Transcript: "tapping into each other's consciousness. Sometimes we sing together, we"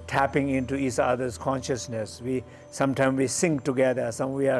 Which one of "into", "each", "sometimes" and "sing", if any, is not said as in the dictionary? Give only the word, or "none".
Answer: sometimes